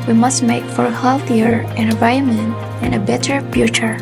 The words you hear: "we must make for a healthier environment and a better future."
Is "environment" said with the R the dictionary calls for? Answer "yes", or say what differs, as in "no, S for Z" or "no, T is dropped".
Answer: no, R is dropped